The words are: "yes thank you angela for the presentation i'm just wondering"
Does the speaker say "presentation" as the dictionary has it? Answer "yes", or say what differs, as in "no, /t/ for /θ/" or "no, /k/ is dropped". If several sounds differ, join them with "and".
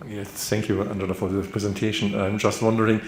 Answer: yes